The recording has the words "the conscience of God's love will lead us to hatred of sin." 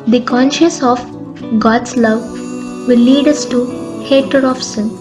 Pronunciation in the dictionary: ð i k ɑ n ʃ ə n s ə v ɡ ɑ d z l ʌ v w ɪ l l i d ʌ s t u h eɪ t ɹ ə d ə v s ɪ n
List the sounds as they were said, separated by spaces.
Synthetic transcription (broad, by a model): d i k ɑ n ʃ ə s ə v ɡ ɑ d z l ʌ v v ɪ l l i d ʌ s t u h eɪ t ə d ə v s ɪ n